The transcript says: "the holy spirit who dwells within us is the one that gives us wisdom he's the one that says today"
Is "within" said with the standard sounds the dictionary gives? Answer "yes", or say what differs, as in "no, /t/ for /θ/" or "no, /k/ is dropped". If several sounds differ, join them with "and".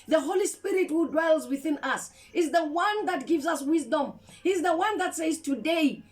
yes